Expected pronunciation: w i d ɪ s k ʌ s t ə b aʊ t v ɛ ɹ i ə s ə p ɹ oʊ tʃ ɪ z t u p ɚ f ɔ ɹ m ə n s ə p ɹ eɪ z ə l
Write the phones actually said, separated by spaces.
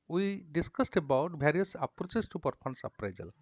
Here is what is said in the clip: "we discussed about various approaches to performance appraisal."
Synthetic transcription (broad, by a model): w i d ɪ s k ʌ s t ə b aʊ t b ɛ ɹ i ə s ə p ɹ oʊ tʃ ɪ s t u p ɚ p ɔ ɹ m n s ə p ɹ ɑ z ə l